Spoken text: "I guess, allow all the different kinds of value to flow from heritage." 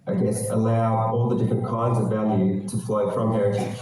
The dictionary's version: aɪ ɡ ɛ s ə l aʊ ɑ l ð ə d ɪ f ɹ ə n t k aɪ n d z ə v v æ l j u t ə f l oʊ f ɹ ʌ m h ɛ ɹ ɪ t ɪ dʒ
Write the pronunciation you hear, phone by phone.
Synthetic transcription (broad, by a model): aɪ ɡ ɛ s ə l aʊ ɑ l ð ə d ɪ f ɹ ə n k aɪ n d z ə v v æ l j u t ə f l oʊ f ɹ ʌ m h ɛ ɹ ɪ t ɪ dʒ